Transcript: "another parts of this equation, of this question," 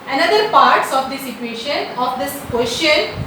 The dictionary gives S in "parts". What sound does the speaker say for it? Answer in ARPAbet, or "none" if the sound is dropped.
S